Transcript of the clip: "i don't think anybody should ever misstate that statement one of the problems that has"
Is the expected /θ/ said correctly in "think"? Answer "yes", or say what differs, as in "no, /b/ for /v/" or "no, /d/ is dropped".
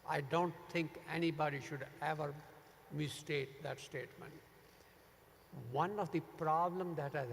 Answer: no, /t/ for /θ/